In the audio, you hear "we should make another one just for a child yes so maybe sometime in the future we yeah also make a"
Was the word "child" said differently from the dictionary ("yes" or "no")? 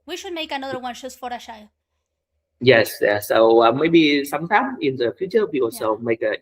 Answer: yes